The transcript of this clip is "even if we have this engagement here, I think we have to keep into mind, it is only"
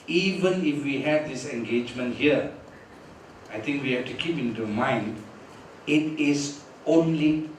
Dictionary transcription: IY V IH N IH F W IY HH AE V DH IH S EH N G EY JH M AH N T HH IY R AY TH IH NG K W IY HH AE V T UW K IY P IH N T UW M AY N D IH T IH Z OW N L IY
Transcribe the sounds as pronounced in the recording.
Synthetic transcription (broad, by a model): IY V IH N IH F W IY HH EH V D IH S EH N G EY JH M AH N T HH IY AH AY T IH NG K W IY HH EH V T UW K IY P IH N T UW M AY N D IH T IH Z OW N L IY